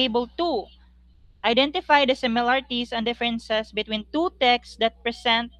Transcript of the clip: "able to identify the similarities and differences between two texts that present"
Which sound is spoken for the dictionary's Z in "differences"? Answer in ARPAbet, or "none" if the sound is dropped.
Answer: S